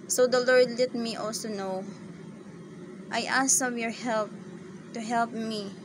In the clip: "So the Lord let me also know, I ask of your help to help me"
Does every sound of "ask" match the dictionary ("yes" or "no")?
no